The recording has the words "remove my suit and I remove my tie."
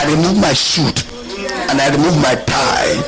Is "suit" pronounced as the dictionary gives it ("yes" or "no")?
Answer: no